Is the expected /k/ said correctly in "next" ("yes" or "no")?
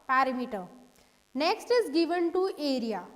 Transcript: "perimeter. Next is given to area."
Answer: yes